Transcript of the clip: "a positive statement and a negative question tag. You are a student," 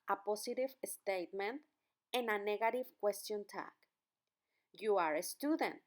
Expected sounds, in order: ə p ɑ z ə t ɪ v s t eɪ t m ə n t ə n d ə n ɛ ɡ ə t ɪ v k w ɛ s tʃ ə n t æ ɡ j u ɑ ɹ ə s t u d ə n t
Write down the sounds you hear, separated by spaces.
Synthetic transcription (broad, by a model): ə p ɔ s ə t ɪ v s t eɪ t m ə n t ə n ə n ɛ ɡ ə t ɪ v k w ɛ s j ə n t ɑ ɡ j u ɑ ɹ ə s t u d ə n t